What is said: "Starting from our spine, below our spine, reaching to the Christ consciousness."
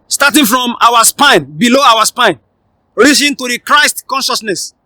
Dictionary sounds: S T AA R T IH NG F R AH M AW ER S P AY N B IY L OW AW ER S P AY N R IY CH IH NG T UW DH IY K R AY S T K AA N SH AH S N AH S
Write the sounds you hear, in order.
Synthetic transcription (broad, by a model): S T AA T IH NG F R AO M AW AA S P AY N B IY L OW AW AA S P AY N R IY S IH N T UW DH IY K R AY S T K AA N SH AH S N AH S